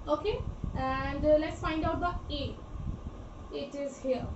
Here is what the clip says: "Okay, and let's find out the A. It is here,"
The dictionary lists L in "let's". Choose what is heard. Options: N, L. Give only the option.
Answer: L